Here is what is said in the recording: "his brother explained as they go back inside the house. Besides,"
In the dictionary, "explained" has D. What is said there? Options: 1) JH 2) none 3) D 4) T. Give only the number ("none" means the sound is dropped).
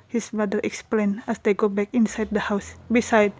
2